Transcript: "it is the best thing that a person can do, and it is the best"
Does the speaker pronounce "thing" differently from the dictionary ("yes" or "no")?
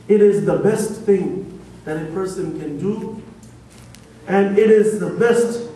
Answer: no